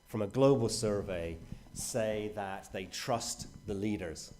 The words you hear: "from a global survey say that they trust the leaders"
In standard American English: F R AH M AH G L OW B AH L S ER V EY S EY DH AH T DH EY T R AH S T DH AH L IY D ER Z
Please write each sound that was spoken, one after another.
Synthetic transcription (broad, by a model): F R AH M AH G L OW B AH L S ER V EY S EY DH AH T DH EY T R AH S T DH AH L IY D ER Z